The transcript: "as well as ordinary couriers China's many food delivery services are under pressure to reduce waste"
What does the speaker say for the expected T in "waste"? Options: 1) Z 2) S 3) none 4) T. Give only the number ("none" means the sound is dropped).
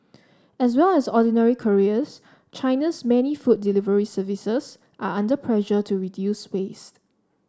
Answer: 4